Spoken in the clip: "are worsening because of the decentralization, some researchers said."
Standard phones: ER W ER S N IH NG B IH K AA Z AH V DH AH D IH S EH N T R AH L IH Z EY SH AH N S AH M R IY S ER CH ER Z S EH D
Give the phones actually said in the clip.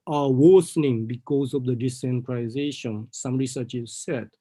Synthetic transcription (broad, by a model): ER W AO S N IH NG B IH K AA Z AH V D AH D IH S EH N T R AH IH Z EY SH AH N S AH M R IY S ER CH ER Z S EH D